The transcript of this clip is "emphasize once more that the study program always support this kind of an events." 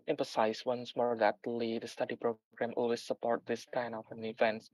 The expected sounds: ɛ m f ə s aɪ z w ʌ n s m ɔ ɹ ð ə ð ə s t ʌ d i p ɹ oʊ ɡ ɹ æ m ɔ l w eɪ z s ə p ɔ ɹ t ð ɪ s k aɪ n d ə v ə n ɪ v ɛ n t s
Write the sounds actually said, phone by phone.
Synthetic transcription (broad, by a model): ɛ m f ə s aɪ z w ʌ n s m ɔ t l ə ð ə s t ʌ d i p ɹ oʊ ɡ ɹ æ m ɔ l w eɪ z s ə p ɔ ɹ t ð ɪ s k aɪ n ə f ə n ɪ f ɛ n s